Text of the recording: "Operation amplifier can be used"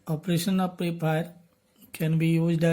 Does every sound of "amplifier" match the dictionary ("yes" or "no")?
no